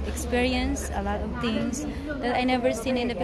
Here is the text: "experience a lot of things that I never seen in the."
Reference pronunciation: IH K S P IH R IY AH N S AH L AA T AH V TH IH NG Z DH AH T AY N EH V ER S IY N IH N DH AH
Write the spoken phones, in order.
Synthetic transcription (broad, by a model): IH K S P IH R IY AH N S AH L AA T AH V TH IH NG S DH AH T AY N EH V ER S IY N IH N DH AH